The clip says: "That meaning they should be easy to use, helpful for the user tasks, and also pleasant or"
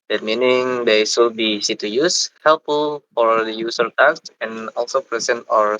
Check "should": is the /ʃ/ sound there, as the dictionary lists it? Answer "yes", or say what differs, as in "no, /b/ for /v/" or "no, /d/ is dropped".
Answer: no, /s/ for /ʃ/